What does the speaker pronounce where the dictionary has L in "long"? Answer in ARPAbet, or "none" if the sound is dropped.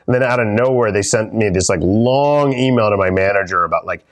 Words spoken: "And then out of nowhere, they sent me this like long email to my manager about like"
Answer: L